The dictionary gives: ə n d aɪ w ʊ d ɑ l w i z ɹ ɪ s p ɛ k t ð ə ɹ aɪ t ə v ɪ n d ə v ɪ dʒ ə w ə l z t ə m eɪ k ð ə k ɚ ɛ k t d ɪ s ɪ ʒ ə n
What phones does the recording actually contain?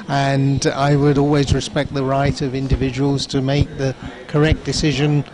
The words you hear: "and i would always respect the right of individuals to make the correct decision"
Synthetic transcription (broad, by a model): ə n aɪ w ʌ d ɑ l w i z ɹ ɪ s p ɛ k t ð ə ɹ aɪ t ə v ɪ n d ə v ɪ dʒ ə w ə l z t ə m eɪ k ð ə k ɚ ɛ k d ɪ s ɪ ʒ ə n